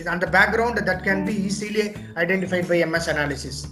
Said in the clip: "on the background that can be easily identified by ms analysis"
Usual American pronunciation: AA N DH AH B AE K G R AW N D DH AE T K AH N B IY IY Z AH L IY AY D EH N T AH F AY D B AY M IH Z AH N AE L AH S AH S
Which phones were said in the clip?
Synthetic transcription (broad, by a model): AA N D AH B AE K G R AW N D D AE T K AH N B IY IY S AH L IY AY D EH N T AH F AY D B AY M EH S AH N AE L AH S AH S